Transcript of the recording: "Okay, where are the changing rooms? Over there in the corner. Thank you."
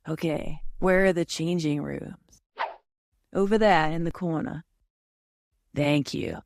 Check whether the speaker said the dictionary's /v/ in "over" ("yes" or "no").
yes